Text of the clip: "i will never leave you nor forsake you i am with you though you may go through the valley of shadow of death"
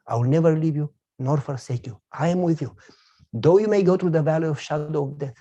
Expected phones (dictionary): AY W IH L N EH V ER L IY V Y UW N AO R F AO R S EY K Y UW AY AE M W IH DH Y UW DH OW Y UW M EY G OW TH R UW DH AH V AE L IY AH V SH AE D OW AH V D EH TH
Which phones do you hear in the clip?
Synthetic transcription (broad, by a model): AY W IH L N EH V ER L IY V Y UW N AO R F AO R S EY K Y UW AY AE M W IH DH Y UW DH OW Y UW M EY G OW T R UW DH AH V AE L IY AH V SH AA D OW AH V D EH